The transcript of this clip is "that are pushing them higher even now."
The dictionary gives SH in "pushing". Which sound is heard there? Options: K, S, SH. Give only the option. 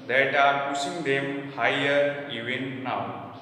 S